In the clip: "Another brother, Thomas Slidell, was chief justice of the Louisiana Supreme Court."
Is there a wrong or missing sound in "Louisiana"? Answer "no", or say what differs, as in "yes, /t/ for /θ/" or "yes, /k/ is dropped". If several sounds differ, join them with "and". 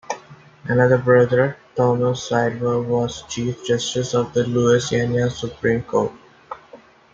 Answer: yes, /s/ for /z/